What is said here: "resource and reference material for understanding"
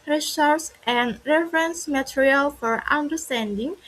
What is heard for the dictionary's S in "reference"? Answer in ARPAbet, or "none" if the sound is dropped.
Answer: S